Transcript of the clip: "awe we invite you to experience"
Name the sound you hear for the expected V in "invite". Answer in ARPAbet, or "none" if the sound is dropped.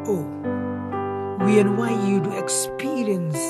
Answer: W